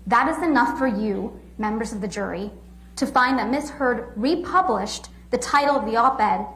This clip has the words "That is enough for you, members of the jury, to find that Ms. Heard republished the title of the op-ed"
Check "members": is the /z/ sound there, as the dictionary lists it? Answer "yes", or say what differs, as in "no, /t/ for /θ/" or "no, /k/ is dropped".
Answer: yes